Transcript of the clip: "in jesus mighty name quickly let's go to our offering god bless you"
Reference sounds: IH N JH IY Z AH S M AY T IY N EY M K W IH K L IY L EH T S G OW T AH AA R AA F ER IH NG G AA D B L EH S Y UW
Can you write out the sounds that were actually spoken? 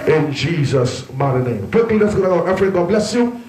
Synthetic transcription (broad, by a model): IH N JH IY Z AH S M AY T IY N EY M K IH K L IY N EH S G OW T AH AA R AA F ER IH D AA B L EH S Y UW